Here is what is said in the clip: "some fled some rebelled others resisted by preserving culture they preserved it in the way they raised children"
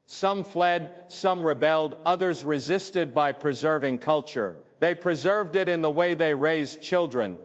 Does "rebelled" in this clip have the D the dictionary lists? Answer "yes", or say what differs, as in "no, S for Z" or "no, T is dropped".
yes